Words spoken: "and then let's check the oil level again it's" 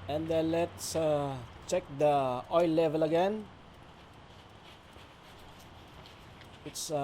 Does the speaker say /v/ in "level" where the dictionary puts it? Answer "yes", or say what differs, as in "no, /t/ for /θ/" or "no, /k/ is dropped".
yes